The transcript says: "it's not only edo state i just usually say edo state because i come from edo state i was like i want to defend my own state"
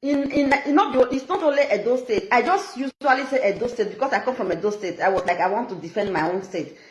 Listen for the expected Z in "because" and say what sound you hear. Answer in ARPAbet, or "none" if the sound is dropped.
S